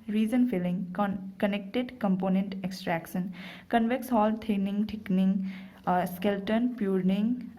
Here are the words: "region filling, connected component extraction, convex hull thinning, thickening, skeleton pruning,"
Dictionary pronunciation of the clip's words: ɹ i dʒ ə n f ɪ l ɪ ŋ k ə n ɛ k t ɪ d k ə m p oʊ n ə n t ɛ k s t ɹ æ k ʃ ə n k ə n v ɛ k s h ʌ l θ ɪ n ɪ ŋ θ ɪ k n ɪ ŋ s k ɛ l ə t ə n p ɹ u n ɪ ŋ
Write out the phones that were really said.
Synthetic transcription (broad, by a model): ɹ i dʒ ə n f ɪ l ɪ ŋ k ə n ɛ k t ɪ d k ə m p oʊ n ə n t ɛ k s t ɹ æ k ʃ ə n k ə n v ɛ k s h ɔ l t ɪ n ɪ ŋ t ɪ k n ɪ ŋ s k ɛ l t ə n p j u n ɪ ŋ